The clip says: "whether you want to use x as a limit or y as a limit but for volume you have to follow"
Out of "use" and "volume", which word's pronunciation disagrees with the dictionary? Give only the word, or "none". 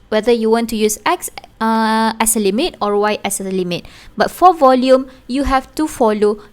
none